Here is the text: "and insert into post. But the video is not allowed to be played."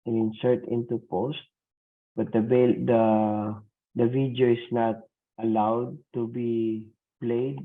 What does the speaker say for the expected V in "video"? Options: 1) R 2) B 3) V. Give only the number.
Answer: 2